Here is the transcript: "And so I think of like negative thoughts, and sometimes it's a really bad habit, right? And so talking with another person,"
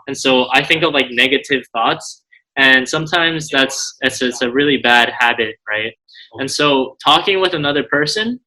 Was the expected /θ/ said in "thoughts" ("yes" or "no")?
yes